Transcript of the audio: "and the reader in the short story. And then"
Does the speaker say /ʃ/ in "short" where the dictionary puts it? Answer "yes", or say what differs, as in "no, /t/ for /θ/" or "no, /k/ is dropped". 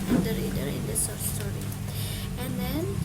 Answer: no, /s/ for /ʃ/